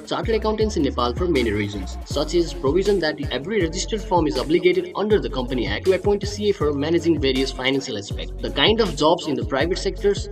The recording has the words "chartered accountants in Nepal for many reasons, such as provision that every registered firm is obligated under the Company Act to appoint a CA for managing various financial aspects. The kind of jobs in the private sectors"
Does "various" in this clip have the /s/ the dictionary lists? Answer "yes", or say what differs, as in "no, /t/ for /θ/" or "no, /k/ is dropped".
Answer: yes